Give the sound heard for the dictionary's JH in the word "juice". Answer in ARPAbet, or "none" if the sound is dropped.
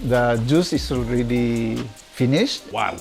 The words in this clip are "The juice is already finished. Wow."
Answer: JH